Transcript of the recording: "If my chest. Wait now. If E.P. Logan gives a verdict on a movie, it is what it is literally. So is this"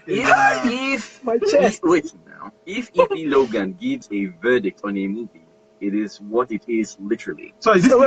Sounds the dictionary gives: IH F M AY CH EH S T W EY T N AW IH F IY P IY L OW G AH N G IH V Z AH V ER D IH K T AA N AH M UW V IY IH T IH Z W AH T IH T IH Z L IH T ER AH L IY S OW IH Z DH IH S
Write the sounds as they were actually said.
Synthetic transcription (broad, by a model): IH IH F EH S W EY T N AW IH F IY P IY L OW G AH N G IH V Z AH V ER D IH K T AA N AH M UW V IY IH T IH Z W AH T IH T IH Z L IH T ER AH L IY S OW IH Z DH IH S